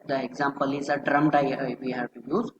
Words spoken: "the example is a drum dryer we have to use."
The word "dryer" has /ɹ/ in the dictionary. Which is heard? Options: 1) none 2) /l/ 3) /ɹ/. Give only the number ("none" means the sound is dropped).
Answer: 1